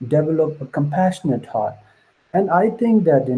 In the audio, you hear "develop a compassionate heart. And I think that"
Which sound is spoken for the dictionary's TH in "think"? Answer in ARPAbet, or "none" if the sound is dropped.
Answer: T